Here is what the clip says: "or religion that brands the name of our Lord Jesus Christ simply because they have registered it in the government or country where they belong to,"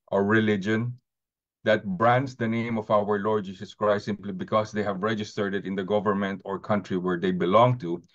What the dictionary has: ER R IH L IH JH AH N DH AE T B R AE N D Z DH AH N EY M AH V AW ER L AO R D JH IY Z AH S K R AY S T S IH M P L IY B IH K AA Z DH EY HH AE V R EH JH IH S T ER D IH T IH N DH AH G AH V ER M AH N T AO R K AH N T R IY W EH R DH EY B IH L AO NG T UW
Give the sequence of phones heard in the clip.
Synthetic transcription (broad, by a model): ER R IH L IH JH AH N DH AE T B R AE N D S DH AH N EY M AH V AW ER L AO R D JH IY S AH S K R AY T S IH M P L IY B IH K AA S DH EY HH AE V R EH JH IH S T ER D IH T IH N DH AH G AH V ER M AH N T AO R K AH N T R IY W EH R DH EY B IH L AO NG T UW